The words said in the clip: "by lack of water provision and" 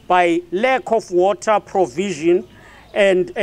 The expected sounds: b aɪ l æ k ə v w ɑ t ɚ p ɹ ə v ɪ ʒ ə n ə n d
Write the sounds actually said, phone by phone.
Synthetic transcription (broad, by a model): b aɪ l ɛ k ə f w ɑ t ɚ p ɹ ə v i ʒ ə n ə n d